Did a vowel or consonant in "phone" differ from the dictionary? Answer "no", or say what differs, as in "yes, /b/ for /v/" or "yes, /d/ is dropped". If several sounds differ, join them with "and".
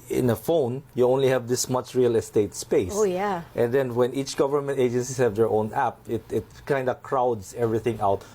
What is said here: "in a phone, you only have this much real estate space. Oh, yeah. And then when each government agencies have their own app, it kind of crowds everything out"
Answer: no